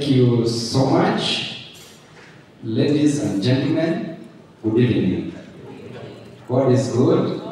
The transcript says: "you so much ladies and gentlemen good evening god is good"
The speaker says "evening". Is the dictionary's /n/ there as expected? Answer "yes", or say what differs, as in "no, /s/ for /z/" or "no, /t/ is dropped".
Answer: no, /n/ is dropped